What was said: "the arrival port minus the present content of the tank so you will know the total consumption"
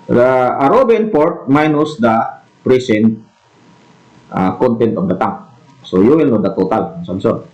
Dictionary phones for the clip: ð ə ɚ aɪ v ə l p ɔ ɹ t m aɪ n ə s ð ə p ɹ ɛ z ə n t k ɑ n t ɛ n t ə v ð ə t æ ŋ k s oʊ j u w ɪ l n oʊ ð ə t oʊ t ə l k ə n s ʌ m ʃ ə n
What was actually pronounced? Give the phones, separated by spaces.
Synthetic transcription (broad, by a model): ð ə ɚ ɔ b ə n p ɔ ɹ t m aɪ n ə s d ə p ɹ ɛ s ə n t k ɑ n t ɛ n t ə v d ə t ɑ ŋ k s oʊ j u w ɪ l n oʊ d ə t oʊ t ə l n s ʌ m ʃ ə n